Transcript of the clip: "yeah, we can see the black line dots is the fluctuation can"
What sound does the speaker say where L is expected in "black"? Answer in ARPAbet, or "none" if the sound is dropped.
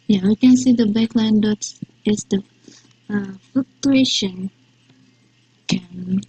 none